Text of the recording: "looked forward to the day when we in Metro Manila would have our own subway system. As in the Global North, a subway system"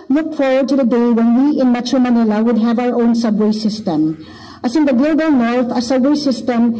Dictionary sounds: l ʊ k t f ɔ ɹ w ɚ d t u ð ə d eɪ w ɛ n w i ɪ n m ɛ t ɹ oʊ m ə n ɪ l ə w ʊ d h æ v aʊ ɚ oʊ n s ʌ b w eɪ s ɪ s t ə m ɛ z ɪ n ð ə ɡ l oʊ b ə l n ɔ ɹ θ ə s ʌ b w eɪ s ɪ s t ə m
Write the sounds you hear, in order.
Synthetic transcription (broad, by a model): l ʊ k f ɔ ɹ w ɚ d t u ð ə d eɪ w ɛ n w i ɪ n m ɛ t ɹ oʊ m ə n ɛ l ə w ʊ d h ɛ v aʊ ɚ oʊ n s ʌ b w eɪ s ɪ s t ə m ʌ s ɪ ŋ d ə ɡ l oʊ b ə l n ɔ ɹ t ə s ʌ b w eɪ s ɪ s t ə m